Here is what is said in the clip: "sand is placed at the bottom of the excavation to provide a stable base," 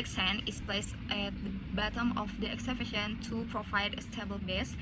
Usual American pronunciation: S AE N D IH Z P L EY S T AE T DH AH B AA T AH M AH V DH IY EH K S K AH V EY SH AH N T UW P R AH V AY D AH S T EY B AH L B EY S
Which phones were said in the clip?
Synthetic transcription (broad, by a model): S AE N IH S P L EY S T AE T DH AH B AA T AH M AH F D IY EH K S AH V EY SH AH N T UW P R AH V AY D AH S T EY B AH L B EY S